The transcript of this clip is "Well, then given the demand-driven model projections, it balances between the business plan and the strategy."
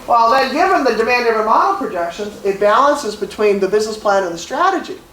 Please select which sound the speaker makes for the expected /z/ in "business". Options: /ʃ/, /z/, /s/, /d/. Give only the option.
/z/